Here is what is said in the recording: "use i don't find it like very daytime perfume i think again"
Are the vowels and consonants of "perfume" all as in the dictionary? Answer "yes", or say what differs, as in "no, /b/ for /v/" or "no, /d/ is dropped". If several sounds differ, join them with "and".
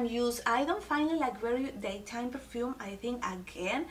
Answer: yes